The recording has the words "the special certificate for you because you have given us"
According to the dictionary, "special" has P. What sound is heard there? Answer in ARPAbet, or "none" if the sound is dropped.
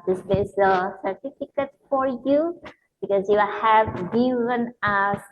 B